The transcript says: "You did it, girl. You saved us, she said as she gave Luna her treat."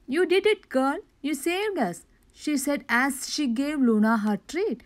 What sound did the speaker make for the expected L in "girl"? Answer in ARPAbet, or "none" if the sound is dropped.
N